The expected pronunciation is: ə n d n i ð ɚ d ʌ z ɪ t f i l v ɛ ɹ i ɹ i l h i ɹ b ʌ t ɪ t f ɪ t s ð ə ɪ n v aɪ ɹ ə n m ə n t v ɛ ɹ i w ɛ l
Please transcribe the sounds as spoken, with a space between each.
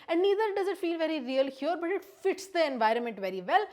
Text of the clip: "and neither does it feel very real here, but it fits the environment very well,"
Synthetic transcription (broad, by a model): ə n d n i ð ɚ d ʌ z ɪ t f i l v ɛ ɹ i ɹ i l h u ɹ b ʌ t ɪ t f ɪ t s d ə ɪ n v aɪ ɹ ə n m ə n t v ɛ ɹ i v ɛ l